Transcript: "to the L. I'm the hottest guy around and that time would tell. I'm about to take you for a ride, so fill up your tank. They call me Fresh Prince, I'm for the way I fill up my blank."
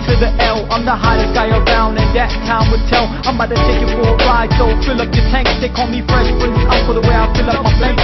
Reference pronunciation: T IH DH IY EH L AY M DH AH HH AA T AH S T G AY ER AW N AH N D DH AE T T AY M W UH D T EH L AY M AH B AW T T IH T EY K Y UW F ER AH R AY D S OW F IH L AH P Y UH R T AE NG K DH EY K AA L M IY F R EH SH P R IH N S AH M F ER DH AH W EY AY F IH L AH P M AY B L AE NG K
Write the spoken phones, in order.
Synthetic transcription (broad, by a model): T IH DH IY EH L AY M DH AH HH AA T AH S G AY ER AW N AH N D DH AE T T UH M W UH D T EH L AY M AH IH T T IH T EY K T F ER AH R AY D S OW F IH L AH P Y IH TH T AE NG K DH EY K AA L M IY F R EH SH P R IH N AH F ER DH AH W EY AY F IH L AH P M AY